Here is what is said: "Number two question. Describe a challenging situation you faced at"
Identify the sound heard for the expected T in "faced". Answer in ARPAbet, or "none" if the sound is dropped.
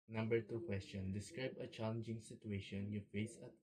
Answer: none